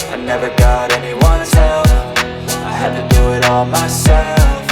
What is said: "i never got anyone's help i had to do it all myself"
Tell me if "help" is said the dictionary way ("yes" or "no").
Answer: no